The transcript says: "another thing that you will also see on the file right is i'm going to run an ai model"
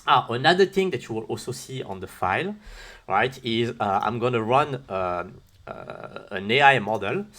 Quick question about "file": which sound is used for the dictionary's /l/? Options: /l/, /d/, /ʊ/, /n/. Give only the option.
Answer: /l/